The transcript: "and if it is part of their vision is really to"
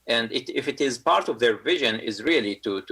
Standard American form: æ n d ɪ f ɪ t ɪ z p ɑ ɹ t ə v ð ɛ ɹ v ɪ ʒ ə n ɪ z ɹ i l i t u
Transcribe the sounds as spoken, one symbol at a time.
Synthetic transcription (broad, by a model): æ n d ɪ f ɪ t ɪ z p ɑ ɹ t ə v ð ɛ ɹ v ɪ ʒ ə n ɪ z ɹ i l i t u